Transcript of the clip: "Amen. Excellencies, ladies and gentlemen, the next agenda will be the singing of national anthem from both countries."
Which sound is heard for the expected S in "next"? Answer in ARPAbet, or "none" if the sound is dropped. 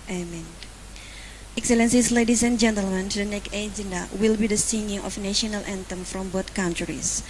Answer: none